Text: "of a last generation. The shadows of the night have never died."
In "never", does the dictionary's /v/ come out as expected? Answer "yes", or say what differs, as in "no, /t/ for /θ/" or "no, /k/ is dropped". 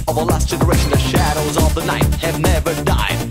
yes